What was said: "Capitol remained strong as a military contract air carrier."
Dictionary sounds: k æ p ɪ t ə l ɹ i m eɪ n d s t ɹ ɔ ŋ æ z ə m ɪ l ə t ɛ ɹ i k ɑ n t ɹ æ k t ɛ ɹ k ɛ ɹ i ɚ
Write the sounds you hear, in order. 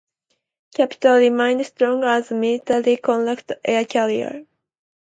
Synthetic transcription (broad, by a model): k æ p ɪ t ə l ɹ i m eɪ n d s t ɹ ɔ ŋ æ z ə m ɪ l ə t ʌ l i k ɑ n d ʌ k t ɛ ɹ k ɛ l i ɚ